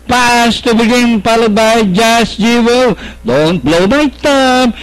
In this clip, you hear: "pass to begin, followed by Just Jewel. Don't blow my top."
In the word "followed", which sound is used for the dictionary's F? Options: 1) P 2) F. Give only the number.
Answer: 1